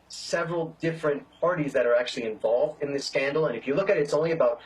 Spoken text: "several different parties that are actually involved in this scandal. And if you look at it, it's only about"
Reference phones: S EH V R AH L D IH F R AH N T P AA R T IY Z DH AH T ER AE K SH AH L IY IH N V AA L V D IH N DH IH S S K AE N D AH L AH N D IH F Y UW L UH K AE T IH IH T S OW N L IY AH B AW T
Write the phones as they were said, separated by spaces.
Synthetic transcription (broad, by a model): S EH V R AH L D IH F R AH N P AA R T IY Z DH AH T ER AE K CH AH L IY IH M V AA L V D IH N DH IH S S K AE N D L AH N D IH F Y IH L UH K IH T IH IH T S OW N L IY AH B AW T